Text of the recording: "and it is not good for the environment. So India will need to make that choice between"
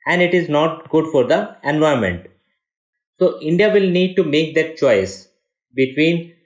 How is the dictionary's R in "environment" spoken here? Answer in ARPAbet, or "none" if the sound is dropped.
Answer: none